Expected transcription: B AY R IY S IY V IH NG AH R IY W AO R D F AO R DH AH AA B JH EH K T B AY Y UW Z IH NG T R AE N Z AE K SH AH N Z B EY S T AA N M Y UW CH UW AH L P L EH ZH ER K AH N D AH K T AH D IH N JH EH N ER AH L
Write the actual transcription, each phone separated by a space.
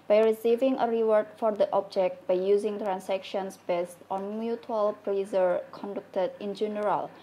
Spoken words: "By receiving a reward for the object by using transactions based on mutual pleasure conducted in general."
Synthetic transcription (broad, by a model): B AY R IY S IY V IH NG AH R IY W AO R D F AO R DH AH AA B JH EH K T B AY Y UW Z IH NG T R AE N S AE K SH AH N S B EY S T AA N M Y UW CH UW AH L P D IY Z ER K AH N D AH K T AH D IH N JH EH N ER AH L